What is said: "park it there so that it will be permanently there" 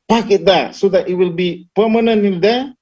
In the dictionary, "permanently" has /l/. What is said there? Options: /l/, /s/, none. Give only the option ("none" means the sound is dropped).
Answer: none